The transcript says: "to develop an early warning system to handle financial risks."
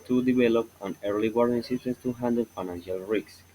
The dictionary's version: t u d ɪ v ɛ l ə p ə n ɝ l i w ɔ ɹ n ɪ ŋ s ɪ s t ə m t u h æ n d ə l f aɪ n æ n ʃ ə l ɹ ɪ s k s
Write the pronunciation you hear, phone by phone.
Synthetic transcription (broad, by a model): t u d ɪ v ɛ l ə p ə n ɝ l i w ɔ ɹ ɪ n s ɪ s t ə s t u h æ n d ə l f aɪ n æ n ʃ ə l ɹ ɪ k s